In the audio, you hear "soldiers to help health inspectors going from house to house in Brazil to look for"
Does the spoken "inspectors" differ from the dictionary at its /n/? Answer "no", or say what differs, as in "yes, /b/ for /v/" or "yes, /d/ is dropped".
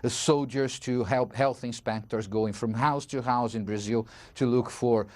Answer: no